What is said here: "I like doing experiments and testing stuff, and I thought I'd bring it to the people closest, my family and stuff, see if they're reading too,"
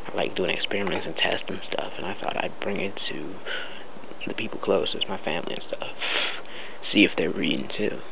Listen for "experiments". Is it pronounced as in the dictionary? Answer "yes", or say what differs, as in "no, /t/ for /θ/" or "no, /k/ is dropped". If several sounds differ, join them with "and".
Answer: yes